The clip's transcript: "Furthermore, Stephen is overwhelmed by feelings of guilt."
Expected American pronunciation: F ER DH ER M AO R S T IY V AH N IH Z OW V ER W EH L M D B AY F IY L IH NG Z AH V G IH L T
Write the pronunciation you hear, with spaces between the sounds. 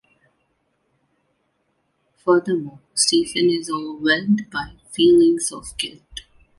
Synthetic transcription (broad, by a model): F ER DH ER M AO S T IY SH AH N IH Z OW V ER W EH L D B AY F IY L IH NG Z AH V G IH L T